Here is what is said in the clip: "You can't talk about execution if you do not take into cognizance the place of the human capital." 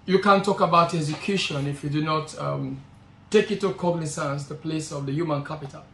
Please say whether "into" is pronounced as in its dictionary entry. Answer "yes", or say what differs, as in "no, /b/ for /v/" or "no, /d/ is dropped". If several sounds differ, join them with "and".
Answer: no, /n/ is dropped